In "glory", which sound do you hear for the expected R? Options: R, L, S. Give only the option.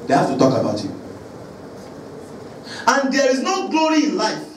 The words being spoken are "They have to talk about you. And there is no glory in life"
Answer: R